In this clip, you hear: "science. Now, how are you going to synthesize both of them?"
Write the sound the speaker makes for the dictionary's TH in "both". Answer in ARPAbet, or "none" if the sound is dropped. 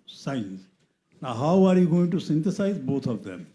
T